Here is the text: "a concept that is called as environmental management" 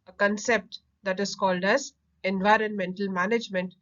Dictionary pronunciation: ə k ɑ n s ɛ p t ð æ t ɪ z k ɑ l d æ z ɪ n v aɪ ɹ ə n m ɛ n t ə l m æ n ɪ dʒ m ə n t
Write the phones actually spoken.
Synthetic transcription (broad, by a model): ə k ɑ n s ɛ p t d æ t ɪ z k ɑ l d æ z ɪ n v aɪ ɹ ə n m ɛ n t ə l m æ n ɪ dʒ m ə n t